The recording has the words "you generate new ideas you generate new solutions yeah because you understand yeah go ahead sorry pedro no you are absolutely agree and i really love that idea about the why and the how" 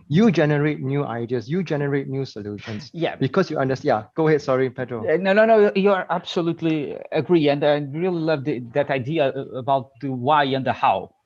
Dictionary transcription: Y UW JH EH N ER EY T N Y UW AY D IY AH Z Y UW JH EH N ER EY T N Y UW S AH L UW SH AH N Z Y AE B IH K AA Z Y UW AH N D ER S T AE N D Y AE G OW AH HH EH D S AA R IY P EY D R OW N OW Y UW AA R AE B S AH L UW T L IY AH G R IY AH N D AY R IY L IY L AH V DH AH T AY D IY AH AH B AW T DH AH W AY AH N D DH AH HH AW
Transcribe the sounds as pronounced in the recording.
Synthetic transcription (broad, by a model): Y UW JH EH N ER EY T N Y UW AY D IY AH S Y UW JH EH N ER EY T N Y UW S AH L UW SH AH N S Y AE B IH K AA S Y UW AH N D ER S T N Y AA G OW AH HH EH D S AA R IY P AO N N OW N OW Y UW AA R AE B S AH L UW T L IY AH G R IY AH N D AY R IY L IY L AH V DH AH T AY D IY AH AH B AW T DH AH W AY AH N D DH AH HH AW